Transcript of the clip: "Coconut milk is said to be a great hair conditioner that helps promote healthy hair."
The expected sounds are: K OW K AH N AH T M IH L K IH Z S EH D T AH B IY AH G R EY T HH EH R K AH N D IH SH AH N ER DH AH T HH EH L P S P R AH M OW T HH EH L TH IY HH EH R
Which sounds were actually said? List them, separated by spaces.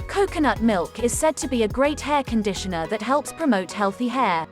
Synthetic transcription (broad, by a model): K OW K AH N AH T M IH L K IH Z S EH D T AH B IY AH G R EY T HH EH K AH N D IH SH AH N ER DH AH T HH EH L P S P R AH M OW T HH EH L TH IY HH EH